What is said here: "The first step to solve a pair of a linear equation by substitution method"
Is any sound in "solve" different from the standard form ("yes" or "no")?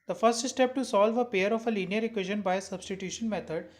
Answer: no